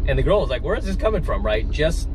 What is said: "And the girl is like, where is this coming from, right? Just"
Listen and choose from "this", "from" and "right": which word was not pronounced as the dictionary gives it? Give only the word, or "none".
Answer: none